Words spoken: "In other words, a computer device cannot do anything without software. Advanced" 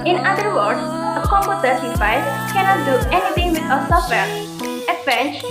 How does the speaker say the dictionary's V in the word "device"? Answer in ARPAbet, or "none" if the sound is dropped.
F